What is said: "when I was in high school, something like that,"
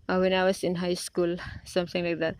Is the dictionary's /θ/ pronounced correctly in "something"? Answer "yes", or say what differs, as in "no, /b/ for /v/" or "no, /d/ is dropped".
no, /t/ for /θ/